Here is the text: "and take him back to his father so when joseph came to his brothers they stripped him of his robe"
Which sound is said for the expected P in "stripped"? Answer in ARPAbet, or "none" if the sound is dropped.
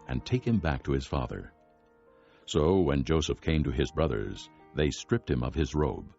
P